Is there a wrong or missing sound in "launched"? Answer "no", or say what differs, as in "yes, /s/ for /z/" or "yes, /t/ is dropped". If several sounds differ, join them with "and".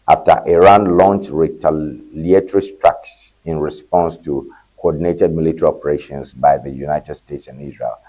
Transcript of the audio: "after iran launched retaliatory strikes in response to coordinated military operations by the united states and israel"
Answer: no